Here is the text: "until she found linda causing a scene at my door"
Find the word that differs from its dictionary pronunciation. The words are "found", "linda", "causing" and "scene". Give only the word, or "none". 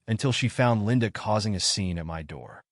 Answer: none